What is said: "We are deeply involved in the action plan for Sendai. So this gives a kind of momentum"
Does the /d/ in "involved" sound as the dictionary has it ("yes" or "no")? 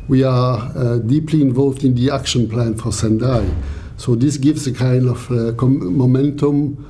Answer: yes